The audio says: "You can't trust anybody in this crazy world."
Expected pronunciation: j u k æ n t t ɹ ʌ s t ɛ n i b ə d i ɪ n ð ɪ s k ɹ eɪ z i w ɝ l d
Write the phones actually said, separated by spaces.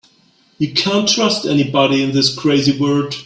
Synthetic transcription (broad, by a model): j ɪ k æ n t t ɹ ʌ s t ɛ n i b ə d i ɪ n ð ɪ s k ɹ eɪ z i w ɝ d